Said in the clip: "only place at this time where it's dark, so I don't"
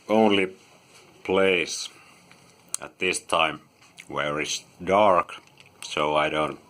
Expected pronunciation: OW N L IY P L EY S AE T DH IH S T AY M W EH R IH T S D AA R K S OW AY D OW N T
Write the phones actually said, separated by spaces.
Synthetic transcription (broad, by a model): OW N L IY P L EY S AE T DH IH S T AY M W EH R IH T S D AA R K S OW AY D OW N T